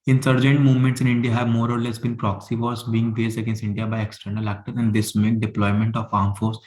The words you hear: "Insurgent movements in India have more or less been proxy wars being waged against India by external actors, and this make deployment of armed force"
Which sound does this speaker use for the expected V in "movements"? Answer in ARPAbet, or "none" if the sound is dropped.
V